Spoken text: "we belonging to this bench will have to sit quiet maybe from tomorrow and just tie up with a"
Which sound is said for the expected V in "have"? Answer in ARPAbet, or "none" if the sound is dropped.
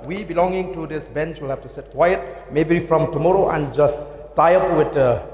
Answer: F